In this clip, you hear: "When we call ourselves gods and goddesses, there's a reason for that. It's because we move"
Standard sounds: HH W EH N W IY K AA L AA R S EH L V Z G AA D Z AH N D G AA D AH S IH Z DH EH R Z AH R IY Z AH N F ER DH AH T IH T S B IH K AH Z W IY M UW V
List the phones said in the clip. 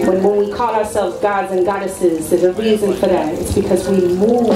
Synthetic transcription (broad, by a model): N W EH N W IY K AA L AA R S EH L V Z G AA D Z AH N G AA D AH S IH Z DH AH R Z AH R IY Z AH N F ER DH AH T IH T S B IH K AH Z W IY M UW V